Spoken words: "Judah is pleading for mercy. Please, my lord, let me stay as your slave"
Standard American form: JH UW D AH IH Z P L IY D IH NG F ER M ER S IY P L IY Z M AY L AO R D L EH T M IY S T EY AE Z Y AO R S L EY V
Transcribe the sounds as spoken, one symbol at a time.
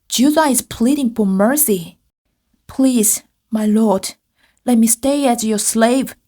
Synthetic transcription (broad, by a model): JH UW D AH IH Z P L IY D IH NG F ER M ER S IY P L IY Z M AY L AO R D L EH T M IY S T EY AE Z Y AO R S L EY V